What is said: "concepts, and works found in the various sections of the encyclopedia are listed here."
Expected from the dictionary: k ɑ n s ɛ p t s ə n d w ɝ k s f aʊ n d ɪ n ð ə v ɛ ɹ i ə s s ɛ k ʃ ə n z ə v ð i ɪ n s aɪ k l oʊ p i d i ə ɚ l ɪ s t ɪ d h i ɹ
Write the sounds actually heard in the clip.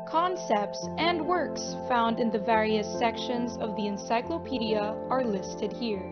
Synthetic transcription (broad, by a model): k ɑ n s ɛ p t s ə n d w ɝ k s f aʊ n d ɪ n ð ə v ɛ ɹ i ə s s ɛ k ʃ ə n z ə v ð i ɪ n s aɪ k l oʊ p i d i ə ɚ l ɪ s t ɪ d h i ɹ